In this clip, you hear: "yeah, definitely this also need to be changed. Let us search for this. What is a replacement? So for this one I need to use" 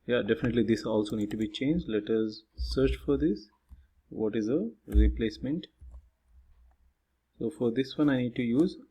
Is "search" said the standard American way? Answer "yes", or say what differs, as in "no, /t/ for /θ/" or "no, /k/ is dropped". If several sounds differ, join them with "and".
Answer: yes